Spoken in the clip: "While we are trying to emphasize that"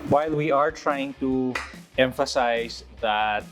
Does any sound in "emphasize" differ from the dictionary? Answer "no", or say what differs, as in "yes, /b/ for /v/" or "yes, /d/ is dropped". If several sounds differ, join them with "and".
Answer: yes, /s/ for /z/